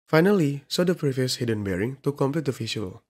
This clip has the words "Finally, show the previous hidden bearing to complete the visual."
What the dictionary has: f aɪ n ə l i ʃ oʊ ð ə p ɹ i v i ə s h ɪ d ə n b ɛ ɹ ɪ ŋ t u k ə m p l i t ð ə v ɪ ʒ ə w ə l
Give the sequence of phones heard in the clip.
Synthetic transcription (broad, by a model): f aɪ n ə l i s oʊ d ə p ɹ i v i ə s h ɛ d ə n b ɛ ɹ ɪ ŋ t u k ə m p l i t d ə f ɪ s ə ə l